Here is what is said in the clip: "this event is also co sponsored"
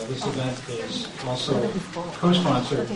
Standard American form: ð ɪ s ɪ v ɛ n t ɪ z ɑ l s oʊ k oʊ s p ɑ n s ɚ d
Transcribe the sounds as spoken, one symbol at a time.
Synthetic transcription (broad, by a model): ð ɪ s ɪ v ɛ n t ɪ z ɑ l s oʊ k oʊ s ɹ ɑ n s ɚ